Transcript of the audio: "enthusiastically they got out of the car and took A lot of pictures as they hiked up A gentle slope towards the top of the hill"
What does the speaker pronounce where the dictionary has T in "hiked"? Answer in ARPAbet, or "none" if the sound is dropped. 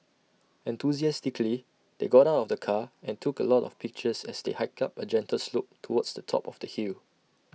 none